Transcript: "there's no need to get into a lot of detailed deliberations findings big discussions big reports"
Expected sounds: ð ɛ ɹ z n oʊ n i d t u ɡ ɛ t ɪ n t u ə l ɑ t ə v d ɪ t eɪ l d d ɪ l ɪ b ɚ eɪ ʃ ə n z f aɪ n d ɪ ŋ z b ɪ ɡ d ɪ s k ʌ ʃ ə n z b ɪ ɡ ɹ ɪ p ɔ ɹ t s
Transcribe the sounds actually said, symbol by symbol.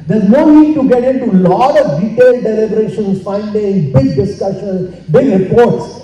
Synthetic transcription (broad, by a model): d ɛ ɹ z n oʊ n i d t u ɡ ɛ t ɪ n t u l ɑ t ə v d ɪ t eɪ l d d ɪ l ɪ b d eɪ ʃ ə n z f aɪ n d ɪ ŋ b ɪ ɡ d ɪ s k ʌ ʃ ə n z b ɪ ɡ ɹ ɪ p ɔ ɹ t s